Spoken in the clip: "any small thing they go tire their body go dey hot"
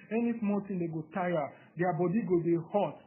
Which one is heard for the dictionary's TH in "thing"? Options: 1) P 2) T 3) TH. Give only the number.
2